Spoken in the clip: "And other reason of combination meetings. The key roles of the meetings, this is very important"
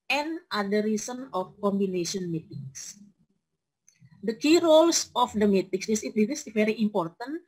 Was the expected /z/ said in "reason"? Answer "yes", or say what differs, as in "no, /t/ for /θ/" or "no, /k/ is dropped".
no, /s/ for /z/